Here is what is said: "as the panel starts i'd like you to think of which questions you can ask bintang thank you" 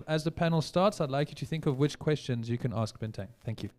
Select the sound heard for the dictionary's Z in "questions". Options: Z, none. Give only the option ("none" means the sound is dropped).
Z